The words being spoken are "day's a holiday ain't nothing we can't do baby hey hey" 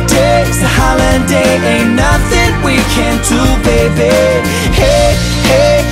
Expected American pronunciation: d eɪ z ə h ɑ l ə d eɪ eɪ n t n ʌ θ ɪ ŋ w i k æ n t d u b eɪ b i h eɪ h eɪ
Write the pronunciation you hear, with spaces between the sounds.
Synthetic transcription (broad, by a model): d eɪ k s h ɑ l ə d eɪ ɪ t n ʌ θ ɪ ŋ w i k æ n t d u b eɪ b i h eɪ h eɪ